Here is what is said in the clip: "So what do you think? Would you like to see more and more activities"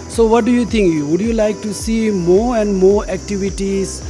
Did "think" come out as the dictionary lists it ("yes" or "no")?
no